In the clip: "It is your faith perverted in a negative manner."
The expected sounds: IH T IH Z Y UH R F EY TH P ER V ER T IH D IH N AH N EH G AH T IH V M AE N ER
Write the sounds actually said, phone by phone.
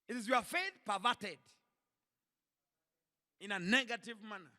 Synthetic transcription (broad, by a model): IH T IH Z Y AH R F EY TH P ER V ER T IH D IH N AH N EH G AH T IH V M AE N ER